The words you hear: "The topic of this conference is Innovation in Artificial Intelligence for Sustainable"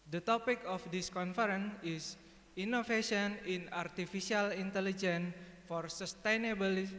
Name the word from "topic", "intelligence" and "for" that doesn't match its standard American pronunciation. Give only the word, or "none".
intelligence